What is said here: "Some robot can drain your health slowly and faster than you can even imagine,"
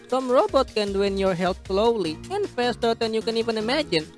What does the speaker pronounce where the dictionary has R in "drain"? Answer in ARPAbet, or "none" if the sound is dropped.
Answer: W